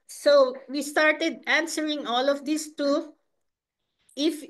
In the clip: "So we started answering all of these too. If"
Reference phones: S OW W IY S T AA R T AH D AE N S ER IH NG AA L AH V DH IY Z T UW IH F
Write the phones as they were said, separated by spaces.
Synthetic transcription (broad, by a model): S OW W IY S T AA R T AH D AE N S ER IH NG AA L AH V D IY S T UW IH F